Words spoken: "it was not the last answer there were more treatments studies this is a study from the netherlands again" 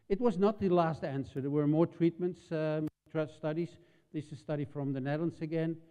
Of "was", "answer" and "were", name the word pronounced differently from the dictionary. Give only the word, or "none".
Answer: none